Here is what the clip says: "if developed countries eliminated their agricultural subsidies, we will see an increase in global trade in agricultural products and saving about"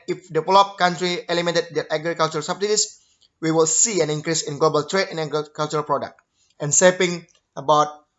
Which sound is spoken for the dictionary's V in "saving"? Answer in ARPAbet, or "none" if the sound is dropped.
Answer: P